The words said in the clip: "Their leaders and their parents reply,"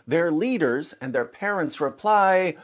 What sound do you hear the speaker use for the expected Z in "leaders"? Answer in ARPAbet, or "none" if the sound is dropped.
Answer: Z